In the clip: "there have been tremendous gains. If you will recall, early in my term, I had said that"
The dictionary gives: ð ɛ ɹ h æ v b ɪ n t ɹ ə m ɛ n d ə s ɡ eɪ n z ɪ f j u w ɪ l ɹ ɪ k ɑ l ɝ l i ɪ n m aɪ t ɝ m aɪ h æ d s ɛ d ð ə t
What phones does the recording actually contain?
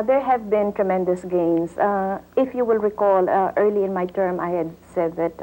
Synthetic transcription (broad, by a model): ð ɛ ɹ h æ v b ɪ n t ɹ ə m ɛ n d ə s ɡ eɪ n s ɪ f j u w ɪ l ɹ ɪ k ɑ l ɝ l i ɪ n m aɪ t ɝ m aɪ h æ d s ɛ d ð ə t